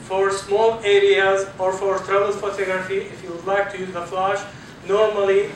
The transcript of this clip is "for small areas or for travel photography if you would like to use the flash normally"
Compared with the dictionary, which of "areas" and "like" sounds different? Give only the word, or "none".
none